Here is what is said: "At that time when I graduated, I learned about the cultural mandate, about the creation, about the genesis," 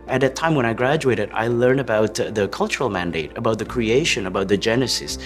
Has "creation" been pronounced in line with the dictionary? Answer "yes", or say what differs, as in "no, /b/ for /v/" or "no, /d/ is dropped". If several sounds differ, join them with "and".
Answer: yes